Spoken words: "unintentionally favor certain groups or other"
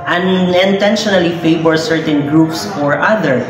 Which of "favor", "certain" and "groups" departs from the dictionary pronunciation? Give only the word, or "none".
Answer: favor